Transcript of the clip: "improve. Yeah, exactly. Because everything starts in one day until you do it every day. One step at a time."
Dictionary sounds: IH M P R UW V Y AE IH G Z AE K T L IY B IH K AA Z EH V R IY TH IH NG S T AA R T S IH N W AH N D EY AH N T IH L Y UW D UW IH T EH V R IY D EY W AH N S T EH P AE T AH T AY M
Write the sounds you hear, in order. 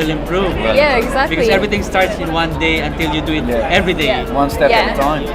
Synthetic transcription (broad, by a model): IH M P R UW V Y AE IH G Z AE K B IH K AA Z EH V R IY T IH NG S T AA R T S IH N W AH N D EY AH N T IH L Y UW D UW IH T EH V R IY D EY W AH N S T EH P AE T AH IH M